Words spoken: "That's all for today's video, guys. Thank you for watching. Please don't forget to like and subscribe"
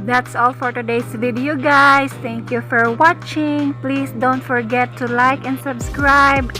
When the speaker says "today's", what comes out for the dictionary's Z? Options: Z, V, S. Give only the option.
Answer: S